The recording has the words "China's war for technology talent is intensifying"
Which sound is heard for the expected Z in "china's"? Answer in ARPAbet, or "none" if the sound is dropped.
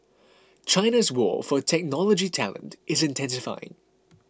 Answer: Z